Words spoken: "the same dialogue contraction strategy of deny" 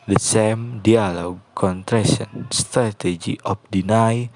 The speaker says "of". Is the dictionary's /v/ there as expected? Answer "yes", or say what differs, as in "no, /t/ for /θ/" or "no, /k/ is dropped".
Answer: no, /p/ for /v/